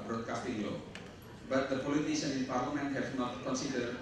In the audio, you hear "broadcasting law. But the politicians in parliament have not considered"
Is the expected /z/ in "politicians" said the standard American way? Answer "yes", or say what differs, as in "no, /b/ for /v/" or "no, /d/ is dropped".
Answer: no, /z/ is dropped